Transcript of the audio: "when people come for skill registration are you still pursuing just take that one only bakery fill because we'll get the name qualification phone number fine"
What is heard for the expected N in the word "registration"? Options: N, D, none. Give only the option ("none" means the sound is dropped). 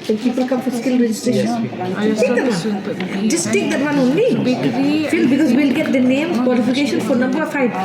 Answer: none